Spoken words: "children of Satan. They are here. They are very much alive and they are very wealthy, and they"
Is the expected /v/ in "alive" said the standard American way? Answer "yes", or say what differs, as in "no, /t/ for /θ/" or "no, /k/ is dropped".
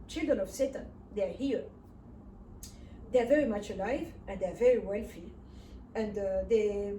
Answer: yes